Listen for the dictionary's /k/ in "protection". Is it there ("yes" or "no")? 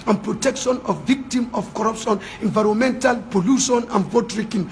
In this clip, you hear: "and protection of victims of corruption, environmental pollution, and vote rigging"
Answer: yes